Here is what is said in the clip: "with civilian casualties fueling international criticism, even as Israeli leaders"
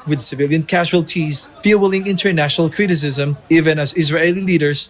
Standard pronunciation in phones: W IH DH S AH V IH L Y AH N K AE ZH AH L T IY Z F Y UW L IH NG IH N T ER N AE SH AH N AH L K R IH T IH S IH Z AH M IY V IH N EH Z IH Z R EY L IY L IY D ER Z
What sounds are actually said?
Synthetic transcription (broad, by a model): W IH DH S AH V IH L Y AH N K AE ZH AH L T IY Z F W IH L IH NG IH N T ER N AE SH AH N AH L K R IH T IH S IH Z AH M IY V IH N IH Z IH Z R EY L IY L IY D ER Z